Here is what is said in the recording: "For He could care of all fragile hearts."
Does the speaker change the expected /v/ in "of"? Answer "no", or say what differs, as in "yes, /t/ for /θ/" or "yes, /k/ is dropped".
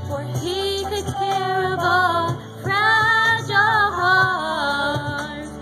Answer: yes, /b/ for /v/